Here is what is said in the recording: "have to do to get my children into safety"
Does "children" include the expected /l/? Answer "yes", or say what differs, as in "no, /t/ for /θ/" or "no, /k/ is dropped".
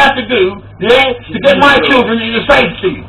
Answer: yes